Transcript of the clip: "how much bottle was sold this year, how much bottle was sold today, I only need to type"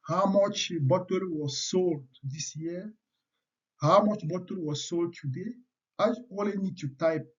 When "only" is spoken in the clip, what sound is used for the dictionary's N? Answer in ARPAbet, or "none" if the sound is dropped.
none